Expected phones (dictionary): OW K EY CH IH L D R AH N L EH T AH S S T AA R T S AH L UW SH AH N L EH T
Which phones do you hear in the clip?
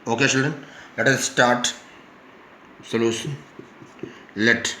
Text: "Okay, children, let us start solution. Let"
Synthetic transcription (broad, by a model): OW K EY CH IH L D R AH N L EH T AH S S T AA R T S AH L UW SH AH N L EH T